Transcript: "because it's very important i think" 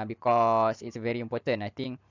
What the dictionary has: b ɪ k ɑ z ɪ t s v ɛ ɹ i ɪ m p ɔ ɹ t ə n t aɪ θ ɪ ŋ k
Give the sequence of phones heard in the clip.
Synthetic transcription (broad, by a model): b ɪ k ɑ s ɪ t s v ɛ ɹ i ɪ m p ɔ t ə n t aɪ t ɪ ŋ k